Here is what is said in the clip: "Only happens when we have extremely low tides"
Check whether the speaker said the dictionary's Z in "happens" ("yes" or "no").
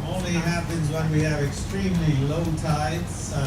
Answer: yes